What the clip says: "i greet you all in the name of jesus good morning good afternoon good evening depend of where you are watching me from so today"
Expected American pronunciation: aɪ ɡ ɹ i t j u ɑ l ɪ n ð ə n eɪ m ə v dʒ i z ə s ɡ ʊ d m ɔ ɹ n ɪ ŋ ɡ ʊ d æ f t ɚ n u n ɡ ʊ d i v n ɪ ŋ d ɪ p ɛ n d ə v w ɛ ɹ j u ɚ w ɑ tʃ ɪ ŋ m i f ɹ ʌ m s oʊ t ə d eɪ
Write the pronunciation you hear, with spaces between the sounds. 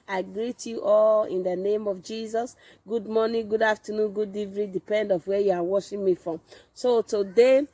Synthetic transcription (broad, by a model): aɪ ɡ ɹ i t j u ɑ l ɪ n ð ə n eɪ m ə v dʒ i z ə s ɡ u d m ɔ n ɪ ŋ ɡ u d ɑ f t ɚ n u n ɡ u d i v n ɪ d ɪ p ɛ n d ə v w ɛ j u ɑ w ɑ ʃ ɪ m i f ɹ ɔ m s oʊ t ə d eɪ